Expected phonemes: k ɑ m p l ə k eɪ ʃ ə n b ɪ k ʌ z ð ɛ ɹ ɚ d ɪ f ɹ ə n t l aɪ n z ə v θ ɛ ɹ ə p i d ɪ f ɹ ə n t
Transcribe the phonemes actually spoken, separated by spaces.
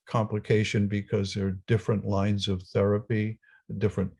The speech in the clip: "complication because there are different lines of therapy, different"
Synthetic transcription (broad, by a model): k ɑ m p l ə k eɪ ʃ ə n b ɪ k ʌ z ð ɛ ɹ d ɪ f ɹ ə n t l aɪ n z ə v θ ɛ ɹ ə p i d ɪ f ɹ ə n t